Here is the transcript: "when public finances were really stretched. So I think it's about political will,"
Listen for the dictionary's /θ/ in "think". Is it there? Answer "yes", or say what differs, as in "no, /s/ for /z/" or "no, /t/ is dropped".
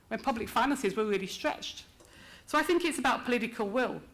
yes